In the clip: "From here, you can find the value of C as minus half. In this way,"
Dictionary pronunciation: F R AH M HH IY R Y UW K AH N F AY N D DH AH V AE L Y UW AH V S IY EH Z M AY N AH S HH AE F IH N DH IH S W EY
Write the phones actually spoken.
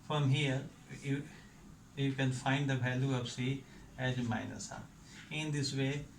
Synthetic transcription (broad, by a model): F R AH M HH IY R Y UW K AH N F AY N D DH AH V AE L Y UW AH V S IY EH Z M AY N AH S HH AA IH N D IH S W EY